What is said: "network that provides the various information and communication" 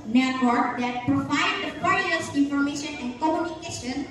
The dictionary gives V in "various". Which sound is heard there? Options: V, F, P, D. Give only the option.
P